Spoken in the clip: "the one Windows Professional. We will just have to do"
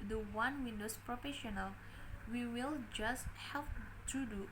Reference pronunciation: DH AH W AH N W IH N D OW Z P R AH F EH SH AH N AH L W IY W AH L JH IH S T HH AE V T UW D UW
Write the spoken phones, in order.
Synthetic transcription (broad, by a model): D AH W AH N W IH N D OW S P R AH F EH SH AH N AH L W IY W AH L JH IH S T HH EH P T UW D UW